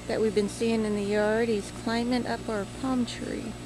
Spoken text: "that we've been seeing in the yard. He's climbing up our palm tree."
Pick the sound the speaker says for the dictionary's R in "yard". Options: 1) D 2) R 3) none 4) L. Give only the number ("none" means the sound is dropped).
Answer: 4